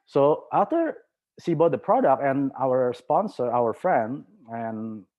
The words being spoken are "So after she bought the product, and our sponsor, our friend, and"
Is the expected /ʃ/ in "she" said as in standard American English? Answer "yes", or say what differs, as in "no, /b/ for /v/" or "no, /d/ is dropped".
no, /s/ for /ʃ/